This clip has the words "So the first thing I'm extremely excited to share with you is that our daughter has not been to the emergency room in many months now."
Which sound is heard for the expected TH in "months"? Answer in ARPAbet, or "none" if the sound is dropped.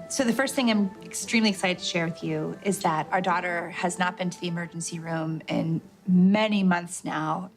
TH